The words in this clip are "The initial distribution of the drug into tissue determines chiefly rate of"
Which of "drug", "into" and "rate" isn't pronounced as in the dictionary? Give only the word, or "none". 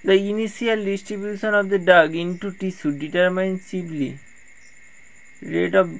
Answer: drug